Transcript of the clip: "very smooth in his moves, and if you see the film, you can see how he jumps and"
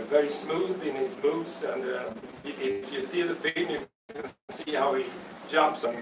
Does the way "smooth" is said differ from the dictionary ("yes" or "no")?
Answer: no